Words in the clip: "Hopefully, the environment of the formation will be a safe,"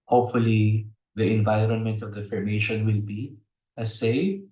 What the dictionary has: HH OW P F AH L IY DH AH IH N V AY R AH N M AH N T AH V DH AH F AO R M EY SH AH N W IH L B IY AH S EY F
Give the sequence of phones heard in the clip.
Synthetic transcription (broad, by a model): HH OW P F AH L IY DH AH IH N V AY R AH N M AH N T AH V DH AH F AO R M EY SH AH N W IH L B IY AH S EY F